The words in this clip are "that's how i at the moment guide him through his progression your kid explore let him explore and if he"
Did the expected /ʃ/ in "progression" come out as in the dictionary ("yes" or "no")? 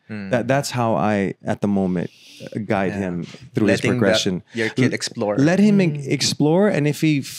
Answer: yes